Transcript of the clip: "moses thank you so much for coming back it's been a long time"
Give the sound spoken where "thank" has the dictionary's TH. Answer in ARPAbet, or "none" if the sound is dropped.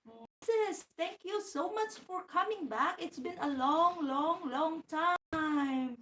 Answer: T